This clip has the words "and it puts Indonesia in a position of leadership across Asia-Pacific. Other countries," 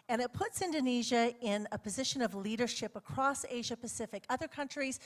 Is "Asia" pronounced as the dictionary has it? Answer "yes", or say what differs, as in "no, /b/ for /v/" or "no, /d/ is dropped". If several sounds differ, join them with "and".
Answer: yes